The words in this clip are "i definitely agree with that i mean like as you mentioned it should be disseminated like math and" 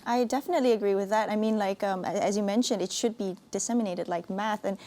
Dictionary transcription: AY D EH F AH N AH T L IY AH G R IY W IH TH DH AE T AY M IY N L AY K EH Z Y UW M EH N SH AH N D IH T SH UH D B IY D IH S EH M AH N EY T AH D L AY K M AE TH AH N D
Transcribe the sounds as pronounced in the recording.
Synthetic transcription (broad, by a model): AY D EH F AH N AH T L IY AH G R IY W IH DH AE T AY M IY N L AY K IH Z Y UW M EH N SH AH N D IH T SH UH D B IY D IH S EH M AH N EY T AH D L AY K M AE TH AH N